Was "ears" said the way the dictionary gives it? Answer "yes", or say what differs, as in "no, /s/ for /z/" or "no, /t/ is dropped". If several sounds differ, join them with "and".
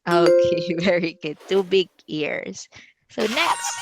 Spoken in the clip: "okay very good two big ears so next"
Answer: yes